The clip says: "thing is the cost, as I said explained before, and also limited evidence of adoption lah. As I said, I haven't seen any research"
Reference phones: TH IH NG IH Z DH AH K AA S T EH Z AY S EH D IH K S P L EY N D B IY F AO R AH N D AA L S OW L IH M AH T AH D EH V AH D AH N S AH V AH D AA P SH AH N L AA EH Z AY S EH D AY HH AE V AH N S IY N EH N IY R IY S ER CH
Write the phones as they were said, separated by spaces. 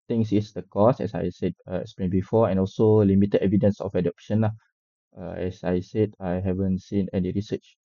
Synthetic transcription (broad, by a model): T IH NG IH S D AH K AA S EH S AY S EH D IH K S P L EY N B IY F AO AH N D AA L S OW L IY M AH T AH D EH V AH D AH N S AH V AH D AA P SH AH N L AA EH S AY S EH D AY HH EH V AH N S IY N EH N IY R IY S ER CH